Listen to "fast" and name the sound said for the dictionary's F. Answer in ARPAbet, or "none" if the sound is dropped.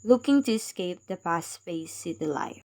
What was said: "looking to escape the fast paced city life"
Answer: P